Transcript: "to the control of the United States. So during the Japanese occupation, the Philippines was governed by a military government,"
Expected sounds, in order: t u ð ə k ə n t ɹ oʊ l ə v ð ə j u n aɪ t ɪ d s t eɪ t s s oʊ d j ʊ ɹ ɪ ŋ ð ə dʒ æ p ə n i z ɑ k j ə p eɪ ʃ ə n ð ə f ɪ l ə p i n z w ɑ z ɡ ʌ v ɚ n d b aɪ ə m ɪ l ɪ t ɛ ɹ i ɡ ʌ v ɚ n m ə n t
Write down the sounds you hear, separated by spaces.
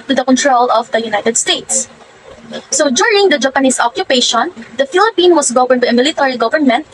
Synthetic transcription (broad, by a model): t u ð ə k ə n t ɹ oʊ l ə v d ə j u n aɪ t ɪ d s t eɪ t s s oʊ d j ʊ ɹ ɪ ŋ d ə dʒ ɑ p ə n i s ɑ k j ə p eɪ ʃ ə n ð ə f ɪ l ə p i n w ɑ s ɡ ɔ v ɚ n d b aɪ ə m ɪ l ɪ t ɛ ɹ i ɡ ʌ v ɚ n m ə n t